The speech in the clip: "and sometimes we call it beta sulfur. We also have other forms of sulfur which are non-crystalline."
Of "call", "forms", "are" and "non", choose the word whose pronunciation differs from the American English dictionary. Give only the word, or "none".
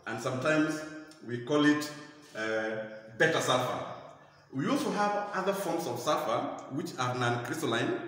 forms